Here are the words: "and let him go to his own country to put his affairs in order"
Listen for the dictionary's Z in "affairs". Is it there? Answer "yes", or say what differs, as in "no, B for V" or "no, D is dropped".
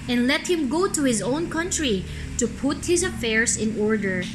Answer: no, S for Z